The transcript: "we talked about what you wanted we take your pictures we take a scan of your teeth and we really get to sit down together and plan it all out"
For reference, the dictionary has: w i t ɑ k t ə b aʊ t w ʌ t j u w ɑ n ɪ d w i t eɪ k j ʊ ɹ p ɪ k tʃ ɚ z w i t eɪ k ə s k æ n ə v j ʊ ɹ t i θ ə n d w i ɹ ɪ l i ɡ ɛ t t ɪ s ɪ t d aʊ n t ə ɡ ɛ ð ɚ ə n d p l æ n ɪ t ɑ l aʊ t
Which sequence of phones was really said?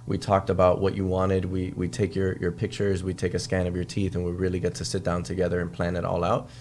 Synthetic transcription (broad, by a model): w i t ɑ k t ə b aʊ t w ʌ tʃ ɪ w ɑ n ɪ d w i t eɪ k j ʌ ɹ p ɪ k tʃ ɚ z w i t eɪ k ə s k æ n ə v j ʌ ɹ t i θ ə n w i ɹ ɪ l i ɡ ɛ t t ɪ s ɪ t d aʊ n t ə ɡ ɛ ð ɚ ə n p l æ n ɪ t ɑ l aʊ t